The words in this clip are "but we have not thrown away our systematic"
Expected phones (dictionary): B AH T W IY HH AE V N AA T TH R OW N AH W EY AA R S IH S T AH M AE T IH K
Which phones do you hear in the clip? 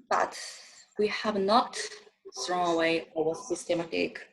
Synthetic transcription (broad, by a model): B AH T W IY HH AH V N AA T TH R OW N AH W EY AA W S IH S T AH M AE T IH K